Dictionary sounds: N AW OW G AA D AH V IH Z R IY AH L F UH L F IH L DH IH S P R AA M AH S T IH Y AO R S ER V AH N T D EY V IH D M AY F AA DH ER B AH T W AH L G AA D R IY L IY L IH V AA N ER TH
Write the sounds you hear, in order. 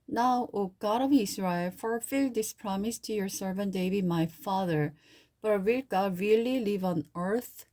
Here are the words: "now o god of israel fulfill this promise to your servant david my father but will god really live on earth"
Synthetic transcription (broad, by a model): N AW OW G AA D AH V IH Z R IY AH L F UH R F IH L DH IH S P R AA M AH S T IH Y AO R S ER V AH N T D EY B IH M AY F AA DH ER B AH T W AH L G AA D R IY L IY L IH V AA N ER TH